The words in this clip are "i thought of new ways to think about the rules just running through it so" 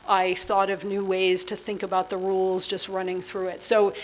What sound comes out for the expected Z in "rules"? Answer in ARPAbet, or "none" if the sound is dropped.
Z